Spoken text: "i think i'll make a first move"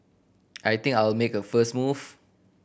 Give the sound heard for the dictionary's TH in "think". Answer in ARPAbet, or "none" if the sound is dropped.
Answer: T